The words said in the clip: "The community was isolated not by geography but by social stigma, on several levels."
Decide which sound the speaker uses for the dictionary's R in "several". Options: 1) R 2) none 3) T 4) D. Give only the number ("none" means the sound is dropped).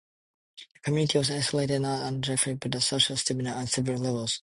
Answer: 2